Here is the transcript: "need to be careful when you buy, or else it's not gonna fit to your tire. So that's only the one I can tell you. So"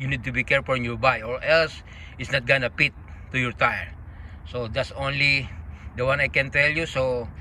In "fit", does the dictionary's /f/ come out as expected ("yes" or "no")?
no